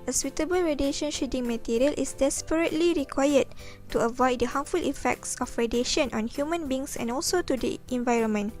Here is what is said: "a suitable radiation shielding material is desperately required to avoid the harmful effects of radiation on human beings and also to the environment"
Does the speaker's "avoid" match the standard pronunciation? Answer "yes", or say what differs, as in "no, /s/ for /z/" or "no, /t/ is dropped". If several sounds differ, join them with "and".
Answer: yes